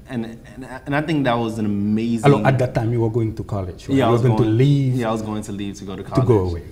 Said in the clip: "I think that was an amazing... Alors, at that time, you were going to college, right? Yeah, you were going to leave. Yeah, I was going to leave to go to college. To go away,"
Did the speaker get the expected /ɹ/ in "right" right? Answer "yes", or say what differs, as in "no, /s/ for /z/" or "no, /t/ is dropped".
no, /w/ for /ɹ/